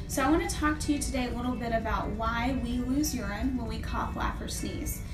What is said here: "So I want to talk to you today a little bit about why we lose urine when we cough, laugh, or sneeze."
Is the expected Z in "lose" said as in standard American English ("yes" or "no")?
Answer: yes